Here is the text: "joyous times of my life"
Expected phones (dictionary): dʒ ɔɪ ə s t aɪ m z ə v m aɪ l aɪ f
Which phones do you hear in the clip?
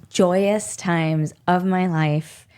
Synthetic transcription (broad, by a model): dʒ ɔɪ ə s t aɪ m z ə v m aɪ l aɪ f